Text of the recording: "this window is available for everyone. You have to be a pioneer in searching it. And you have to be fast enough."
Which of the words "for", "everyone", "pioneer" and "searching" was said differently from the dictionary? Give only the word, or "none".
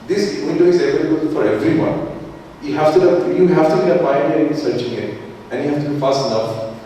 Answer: pioneer